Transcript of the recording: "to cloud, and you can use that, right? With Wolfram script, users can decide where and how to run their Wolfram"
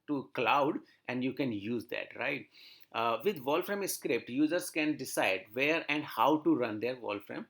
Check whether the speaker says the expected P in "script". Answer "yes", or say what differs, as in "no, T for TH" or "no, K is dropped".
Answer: yes